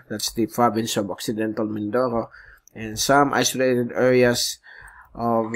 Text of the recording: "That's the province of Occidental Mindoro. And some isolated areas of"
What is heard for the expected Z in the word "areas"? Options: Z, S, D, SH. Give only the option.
S